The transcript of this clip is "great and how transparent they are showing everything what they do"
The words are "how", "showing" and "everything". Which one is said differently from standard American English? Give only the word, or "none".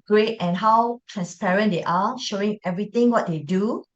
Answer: everything